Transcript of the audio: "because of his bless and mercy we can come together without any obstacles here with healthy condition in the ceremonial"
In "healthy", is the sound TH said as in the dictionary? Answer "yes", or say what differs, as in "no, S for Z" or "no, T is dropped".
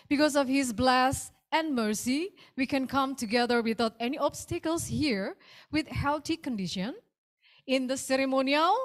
no, T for TH